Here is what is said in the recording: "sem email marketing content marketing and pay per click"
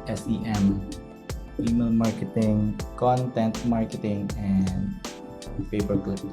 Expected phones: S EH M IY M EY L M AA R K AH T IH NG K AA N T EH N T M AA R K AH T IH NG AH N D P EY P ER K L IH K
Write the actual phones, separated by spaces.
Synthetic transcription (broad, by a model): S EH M IY M EY L M AA R K AH T IH NG K AA N T EH N T M AA R K AH T IH NG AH N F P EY B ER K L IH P